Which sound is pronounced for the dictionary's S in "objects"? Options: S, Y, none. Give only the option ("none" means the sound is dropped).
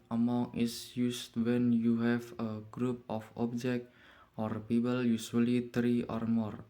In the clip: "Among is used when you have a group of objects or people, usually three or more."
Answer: none